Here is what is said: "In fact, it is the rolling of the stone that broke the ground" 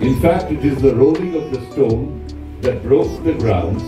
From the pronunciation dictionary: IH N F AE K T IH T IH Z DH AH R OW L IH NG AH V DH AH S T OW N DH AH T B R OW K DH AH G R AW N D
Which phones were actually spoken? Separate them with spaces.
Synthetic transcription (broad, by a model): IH N F AE K T IH T IH Z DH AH R OW L IH NG AH V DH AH S T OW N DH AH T B R OW K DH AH G R AW N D